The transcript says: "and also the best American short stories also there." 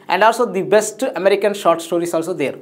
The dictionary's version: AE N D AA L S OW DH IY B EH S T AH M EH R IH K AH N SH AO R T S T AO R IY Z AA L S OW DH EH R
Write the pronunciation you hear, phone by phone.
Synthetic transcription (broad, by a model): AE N D AA L S OW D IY B EH S T AH M EH R IH K AH N SH AO R T S T AO R IY S AA L S OW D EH R